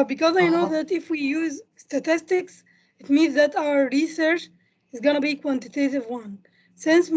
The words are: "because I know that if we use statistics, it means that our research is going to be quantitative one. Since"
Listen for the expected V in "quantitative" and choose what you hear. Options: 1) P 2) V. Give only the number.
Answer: 2